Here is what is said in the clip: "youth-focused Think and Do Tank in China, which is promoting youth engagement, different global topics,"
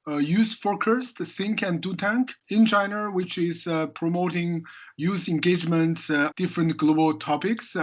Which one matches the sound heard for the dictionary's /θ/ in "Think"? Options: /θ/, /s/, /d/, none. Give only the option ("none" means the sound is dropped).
/s/